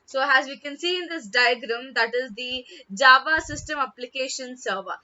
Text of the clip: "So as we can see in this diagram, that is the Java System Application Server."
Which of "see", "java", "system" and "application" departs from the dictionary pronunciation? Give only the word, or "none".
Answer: none